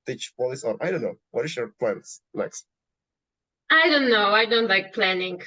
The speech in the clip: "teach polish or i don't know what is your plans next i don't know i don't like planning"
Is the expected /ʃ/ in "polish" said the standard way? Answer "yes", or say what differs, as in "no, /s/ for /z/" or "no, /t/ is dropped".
no, /s/ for /ʃ/